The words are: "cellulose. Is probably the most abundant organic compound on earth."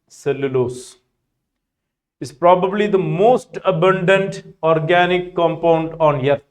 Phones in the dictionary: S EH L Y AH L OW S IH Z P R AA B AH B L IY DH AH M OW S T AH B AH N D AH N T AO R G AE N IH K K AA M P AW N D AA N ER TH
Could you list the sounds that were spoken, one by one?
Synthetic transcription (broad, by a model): S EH L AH L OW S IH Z P R AA B AH B L IY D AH M OW S T AH B AH N D AH N T AO R G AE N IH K K AA M P AW N D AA N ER